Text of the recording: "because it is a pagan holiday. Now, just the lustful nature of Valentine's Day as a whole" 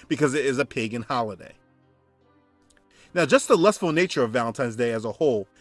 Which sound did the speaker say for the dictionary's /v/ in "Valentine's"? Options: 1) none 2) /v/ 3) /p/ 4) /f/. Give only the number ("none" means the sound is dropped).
2